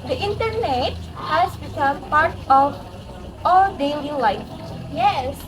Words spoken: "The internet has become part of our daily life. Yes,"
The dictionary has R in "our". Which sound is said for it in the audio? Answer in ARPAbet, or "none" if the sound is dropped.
L